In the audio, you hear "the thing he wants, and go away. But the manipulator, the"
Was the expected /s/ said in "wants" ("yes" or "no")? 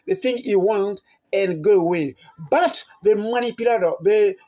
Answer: no